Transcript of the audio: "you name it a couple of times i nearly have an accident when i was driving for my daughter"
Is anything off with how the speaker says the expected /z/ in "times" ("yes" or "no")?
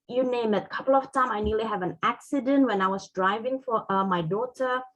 yes